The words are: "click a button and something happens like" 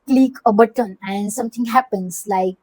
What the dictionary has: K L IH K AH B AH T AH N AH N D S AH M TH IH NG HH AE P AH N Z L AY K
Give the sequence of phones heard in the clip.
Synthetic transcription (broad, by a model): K L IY K AH B AH T AH N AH N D S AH M T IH NG HH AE P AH N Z L AY K